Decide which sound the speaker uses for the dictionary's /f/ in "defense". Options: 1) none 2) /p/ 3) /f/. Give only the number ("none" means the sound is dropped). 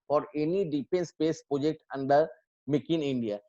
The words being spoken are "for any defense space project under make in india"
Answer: 2